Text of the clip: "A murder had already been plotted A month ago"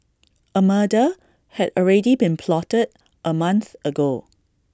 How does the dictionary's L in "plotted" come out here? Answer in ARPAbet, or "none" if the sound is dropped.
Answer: L